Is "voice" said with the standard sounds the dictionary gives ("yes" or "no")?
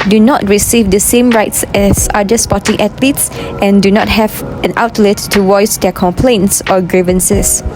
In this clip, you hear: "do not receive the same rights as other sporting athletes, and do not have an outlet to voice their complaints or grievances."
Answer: no